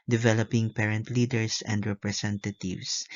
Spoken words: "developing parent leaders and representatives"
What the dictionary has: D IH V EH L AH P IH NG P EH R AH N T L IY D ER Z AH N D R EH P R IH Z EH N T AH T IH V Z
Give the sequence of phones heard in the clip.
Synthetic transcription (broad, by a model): D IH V EH L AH P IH NG P EH R AH N T L IY D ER S AH N D R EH P R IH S EH N T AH T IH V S